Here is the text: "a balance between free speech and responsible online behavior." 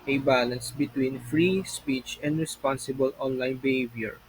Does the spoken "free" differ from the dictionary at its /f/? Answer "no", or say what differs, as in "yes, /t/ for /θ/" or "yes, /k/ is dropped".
no